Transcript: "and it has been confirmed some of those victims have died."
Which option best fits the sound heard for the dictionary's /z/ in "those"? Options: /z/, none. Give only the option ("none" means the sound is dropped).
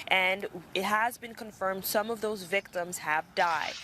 /z/